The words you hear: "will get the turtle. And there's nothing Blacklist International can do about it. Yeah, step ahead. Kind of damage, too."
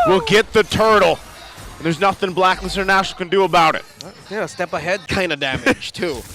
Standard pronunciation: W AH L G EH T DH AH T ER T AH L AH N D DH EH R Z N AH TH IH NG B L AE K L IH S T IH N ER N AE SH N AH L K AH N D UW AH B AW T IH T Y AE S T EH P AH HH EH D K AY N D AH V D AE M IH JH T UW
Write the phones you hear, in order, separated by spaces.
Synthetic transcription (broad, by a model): W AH L G EH T DH AH T ER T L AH N DH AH R Z N AH TH IH NG B L AE K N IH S IH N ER N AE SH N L K AH N D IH AH B AW T IH T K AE S T EH P AH HH EH D K AY N D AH D AE M IH JH T UW